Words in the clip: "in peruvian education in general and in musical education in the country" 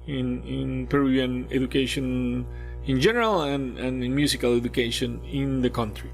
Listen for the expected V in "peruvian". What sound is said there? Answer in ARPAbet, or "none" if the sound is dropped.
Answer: none